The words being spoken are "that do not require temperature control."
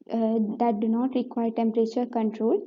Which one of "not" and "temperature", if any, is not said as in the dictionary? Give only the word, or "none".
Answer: none